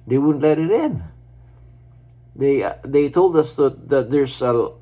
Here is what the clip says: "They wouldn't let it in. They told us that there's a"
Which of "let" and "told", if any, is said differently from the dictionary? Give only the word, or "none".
none